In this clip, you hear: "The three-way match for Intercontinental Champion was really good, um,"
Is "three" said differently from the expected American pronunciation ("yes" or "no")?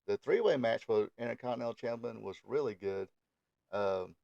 no